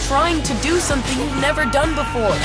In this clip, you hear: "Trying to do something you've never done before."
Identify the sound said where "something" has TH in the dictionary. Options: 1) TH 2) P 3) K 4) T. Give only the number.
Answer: 1